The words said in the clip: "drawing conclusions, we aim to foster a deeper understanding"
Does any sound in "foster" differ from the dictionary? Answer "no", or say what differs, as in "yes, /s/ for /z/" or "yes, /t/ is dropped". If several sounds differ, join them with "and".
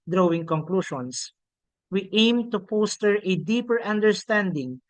yes, /p/ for /f/